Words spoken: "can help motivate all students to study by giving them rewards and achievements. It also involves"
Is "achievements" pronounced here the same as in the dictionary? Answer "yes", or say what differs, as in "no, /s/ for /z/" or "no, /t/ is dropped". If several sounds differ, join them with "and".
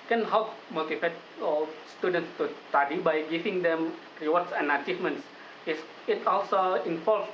no, /s/ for /t/